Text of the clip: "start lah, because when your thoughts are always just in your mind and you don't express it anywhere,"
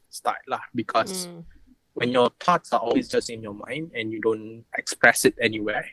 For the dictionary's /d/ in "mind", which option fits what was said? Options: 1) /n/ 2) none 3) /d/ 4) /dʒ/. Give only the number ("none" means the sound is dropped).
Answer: 3